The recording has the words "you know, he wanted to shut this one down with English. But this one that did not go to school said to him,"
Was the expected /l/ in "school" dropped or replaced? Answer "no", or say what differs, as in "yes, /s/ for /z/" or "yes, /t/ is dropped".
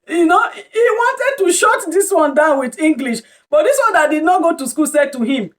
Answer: no